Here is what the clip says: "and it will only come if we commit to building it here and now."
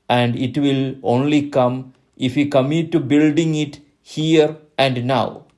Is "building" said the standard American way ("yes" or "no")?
yes